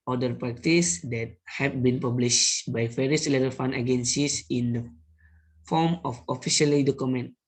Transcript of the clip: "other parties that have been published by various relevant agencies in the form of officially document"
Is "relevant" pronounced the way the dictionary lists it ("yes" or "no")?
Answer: no